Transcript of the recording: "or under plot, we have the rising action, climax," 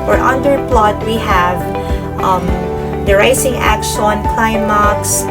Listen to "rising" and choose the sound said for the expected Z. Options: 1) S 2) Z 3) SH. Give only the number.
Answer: 1